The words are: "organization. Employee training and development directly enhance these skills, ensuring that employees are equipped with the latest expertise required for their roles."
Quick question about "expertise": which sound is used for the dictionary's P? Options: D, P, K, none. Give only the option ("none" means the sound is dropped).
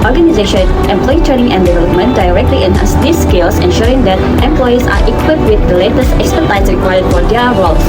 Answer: none